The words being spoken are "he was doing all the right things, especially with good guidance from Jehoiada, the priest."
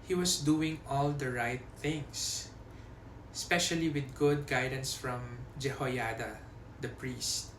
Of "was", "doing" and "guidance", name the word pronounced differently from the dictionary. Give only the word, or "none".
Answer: was